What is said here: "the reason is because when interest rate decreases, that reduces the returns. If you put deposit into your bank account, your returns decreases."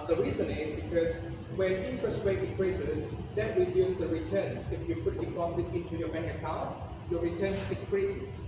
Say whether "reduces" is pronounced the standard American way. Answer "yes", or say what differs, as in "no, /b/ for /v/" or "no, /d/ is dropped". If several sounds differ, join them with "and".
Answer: no, /w/ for /ɹ/